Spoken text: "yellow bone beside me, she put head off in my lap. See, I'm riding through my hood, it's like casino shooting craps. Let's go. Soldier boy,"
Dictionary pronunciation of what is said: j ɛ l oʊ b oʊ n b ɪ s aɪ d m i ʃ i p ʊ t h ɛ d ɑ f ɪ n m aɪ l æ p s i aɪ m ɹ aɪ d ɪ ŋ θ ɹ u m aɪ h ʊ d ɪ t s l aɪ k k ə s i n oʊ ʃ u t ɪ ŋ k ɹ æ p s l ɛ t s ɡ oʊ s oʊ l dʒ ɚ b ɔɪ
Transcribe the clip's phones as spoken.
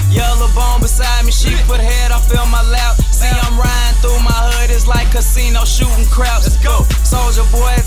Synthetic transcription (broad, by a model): j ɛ l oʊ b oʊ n b ɪ s aɪ d m i ʃ i p ʊ t h ɛ d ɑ f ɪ l m aɪ l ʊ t s i aɪ m ɹ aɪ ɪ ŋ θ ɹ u m aɪ h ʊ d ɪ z l aɪ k k ə s i n oʊ ʃ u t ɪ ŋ k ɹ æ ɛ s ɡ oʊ s oʊ l dʒ ɚ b ɔɪ